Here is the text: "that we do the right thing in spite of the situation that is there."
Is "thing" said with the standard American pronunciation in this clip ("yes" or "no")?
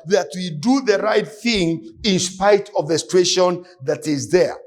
yes